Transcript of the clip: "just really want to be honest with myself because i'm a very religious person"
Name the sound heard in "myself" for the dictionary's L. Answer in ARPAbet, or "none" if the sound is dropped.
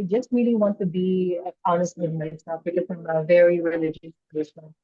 none